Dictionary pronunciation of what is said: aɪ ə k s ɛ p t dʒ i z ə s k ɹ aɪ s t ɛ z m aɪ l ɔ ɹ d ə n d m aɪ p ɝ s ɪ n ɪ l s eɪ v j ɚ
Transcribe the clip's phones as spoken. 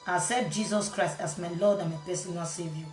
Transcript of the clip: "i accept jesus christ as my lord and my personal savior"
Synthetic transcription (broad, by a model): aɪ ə s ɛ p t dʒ i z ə s k ɹ aɪ s t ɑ s m aɪ l ɔ d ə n m aɪ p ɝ s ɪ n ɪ s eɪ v j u